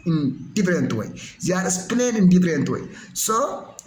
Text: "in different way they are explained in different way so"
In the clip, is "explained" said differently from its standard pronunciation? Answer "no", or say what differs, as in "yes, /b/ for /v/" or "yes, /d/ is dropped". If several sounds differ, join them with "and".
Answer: yes, /k/ is dropped and /d/ is dropped